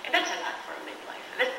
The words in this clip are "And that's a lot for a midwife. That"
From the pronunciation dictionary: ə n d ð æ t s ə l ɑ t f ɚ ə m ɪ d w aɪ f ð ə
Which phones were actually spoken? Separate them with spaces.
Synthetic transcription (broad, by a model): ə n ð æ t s ə n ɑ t f ɚ ə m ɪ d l aɪ f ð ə